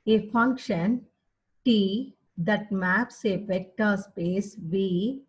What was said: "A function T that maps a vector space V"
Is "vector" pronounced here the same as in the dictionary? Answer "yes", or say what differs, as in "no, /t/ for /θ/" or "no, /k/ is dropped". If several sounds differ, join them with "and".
no, /f/ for /v/